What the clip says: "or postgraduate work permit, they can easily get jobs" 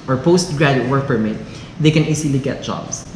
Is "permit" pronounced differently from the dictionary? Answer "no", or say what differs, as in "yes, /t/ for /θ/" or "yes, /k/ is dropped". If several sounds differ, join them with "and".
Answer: no